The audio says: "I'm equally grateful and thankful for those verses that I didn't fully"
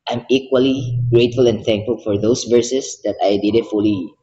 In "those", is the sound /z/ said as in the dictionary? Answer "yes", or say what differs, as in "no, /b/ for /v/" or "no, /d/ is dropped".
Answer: no, /s/ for /z/